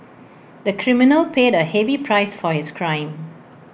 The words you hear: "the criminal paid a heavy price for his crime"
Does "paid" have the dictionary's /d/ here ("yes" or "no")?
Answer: yes